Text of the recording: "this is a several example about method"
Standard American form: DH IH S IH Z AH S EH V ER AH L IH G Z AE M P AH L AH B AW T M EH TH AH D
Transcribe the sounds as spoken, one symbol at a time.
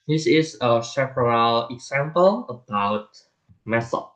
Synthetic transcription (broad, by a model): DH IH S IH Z AH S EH P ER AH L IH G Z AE M P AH L AH B AW T M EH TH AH